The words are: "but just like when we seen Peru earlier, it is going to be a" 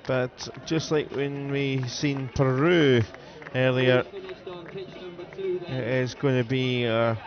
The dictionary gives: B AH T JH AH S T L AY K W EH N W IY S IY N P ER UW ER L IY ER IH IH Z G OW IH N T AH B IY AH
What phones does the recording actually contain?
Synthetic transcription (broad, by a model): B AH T JH AH S T L AY K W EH N W IY S IY N P ER UW ER L IY ER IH IH Z G OW IH N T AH B IY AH